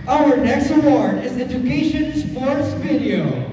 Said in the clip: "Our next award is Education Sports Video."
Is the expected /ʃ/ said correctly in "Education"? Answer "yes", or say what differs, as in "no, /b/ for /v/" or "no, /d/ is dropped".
yes